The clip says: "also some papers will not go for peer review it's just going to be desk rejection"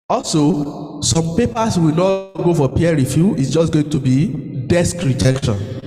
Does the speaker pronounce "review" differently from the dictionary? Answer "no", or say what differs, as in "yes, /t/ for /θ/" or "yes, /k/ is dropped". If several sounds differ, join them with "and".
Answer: yes, /f/ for /v/